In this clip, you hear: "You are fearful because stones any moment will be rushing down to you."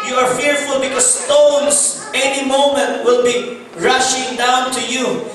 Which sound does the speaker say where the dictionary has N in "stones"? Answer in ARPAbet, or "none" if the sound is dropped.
N